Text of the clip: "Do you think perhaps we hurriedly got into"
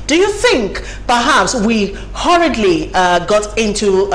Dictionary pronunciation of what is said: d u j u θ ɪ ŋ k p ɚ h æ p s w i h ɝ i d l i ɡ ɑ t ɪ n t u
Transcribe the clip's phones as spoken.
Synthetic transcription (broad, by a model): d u j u θ ɪ ŋ k p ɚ h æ p s w i h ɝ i d l i ɡ ɑ t ɪ n t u